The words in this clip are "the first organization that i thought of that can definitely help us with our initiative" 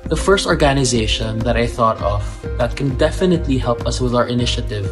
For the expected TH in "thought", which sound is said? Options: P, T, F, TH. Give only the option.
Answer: TH